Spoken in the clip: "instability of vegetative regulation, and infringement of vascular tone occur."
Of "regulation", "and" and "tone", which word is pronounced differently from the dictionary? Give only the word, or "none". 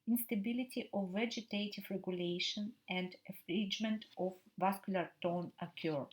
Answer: none